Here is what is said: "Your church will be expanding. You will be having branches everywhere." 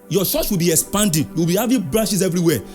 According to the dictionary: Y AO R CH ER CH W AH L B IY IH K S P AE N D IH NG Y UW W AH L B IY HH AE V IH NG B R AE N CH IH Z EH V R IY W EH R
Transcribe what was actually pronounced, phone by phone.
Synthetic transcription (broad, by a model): Y AO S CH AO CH W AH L B IY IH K S P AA N D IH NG W AH L B IY HH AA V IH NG B R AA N SH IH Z EH V R IY W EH